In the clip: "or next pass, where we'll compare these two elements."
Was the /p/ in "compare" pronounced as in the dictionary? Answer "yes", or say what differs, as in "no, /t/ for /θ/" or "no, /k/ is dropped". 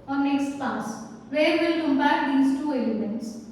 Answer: no, /b/ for /p/